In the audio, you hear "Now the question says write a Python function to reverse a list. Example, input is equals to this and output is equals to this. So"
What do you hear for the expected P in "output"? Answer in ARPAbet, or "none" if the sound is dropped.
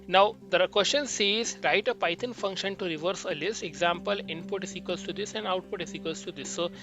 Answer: P